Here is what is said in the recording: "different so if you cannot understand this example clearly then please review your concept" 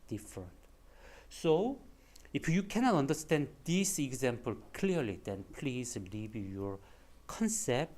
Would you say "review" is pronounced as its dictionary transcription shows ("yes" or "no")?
no